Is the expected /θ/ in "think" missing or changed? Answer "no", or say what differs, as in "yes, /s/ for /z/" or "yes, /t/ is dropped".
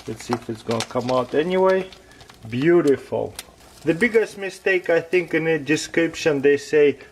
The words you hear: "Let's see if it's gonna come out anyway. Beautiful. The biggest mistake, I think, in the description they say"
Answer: no